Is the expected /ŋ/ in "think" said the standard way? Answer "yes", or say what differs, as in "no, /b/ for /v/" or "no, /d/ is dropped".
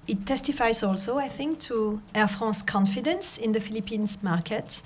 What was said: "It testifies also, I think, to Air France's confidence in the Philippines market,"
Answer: yes